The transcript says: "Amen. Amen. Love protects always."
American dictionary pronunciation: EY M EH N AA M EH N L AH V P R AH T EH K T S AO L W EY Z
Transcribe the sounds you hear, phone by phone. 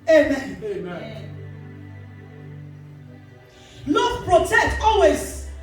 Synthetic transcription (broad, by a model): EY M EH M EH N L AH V P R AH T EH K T AO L W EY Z